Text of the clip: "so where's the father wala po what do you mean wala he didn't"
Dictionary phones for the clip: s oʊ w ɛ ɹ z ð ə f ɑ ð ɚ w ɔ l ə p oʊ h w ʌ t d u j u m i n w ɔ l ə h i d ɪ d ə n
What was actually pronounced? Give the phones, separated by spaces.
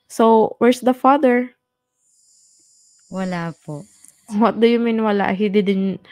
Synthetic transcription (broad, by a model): s oʊ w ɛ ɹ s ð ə f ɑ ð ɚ w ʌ l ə p oʊ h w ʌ t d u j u m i n w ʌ l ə h i d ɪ d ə n